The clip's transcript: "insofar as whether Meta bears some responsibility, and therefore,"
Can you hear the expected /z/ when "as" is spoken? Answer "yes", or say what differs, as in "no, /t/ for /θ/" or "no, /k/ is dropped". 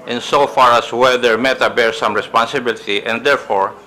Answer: no, /s/ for /z/